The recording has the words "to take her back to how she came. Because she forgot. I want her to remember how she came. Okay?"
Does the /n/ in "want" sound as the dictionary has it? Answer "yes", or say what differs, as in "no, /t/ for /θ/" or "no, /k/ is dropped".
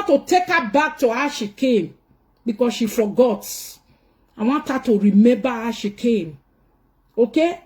no, /n/ is dropped